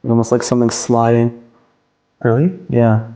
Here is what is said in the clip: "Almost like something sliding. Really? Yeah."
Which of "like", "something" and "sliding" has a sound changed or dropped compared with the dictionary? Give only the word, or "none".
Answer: none